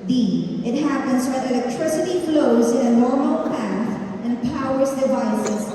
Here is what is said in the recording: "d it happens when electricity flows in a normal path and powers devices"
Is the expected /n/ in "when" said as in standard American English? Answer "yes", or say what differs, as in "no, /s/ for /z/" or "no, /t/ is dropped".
no, /n/ is dropped